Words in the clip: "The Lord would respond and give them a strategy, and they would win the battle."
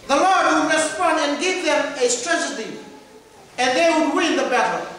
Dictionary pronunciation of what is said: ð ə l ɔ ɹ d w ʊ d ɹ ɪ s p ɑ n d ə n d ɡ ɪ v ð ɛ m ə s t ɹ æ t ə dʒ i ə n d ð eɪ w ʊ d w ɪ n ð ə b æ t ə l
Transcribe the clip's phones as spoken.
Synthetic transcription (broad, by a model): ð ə l ɔ ɹ d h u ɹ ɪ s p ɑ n ə n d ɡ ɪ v ð ɛ m ə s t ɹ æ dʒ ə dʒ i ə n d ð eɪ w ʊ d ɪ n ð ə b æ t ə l